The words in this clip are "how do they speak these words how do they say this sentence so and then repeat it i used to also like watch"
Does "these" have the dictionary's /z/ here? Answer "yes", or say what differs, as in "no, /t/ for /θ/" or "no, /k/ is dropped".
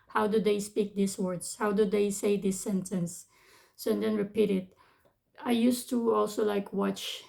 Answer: no, /s/ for /z/